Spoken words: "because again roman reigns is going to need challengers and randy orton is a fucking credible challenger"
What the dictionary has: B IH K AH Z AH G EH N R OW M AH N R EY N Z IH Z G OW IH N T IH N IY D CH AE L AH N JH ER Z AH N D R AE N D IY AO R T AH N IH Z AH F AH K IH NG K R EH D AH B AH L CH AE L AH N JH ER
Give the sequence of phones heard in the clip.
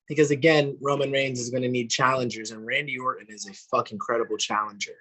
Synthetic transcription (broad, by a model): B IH K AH Z AH G EH N R OW M AH N R EY N Z IH Z G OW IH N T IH N IY D CH AE L AH N JH ER Z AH N R AE N D IY AO R T N IH Z AH F AH K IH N K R EH D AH B L CH AE L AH N JH ER